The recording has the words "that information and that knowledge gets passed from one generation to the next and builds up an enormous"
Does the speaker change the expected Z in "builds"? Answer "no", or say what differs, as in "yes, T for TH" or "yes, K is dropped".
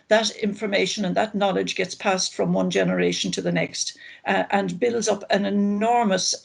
no